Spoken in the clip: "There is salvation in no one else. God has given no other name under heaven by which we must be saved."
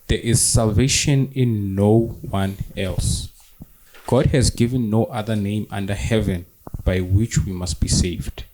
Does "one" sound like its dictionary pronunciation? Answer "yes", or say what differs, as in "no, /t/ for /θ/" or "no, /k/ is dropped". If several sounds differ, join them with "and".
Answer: yes